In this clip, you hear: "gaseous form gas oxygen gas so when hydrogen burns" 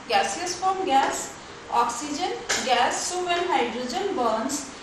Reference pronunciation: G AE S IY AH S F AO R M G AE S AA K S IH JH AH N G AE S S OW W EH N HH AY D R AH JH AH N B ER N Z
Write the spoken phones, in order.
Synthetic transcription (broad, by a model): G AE S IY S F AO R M G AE S AA K S IH JH AH N G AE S S OW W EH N HH AY D R AH JH AH N B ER N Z